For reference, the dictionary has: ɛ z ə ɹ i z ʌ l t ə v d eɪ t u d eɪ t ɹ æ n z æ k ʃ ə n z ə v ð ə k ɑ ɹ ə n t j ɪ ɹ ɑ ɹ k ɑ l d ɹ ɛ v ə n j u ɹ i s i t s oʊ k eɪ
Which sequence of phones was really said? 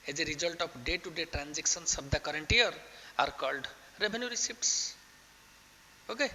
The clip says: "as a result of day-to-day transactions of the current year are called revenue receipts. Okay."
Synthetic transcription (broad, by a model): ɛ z ə ɹ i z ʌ l t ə p d eɪ t u d eɪ t ɹ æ n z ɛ k s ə n s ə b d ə k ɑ ɹ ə n t j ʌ ɹ ɑ ɹ k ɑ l d ɹ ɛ b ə n j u ɹ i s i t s oʊ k eɪ